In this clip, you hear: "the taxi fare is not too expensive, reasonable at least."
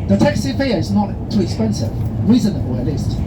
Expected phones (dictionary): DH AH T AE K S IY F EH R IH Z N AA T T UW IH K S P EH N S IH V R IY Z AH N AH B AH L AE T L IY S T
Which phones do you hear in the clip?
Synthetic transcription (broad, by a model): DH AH T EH K S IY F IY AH IH Z N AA T T UW IH K S P EH N S IH V R IY Z AH N AH B AH L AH T L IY S T